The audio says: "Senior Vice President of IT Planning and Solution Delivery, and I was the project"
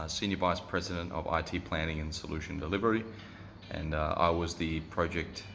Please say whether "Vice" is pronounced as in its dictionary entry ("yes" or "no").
yes